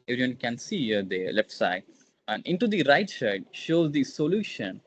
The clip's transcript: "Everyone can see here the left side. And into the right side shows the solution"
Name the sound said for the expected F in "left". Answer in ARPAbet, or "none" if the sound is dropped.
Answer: none